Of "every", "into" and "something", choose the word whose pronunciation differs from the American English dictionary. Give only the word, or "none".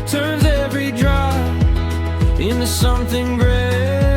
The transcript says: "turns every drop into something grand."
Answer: none